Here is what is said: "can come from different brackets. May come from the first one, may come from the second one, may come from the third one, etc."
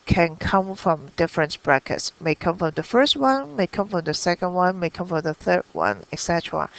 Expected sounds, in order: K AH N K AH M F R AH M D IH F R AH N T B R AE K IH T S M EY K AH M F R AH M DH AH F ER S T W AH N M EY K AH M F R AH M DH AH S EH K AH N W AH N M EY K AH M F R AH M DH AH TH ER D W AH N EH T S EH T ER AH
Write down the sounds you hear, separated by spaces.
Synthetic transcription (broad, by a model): K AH N K AH M F R AH M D IH F R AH N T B R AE K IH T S M EY K AH M F R AH M DH AH F ER S T W AH N M EY K AH M F R AH M DH AH S EH K AH N W AH N M EY K AH M F R AH M DH AH TH ER D W AH N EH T S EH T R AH